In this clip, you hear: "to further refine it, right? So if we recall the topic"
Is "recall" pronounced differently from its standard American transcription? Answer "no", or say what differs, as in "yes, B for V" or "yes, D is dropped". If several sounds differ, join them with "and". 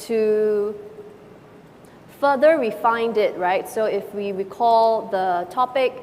yes, W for R